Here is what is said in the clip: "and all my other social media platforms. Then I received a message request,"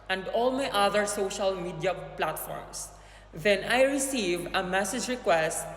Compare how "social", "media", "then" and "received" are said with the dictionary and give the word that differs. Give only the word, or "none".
received